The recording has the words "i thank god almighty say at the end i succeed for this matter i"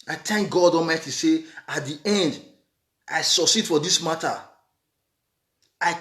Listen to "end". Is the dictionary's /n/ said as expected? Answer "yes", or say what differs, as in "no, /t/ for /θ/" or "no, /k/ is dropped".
yes